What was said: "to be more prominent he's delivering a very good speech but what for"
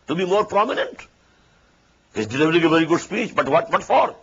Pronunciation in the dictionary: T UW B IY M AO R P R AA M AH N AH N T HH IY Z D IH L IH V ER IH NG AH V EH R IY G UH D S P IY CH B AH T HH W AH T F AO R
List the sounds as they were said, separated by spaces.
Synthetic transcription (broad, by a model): T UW B IY M AO R P R AA M AH N AH N T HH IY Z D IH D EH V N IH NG AH V EH R IY G UH D S P IY CH B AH T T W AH T F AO R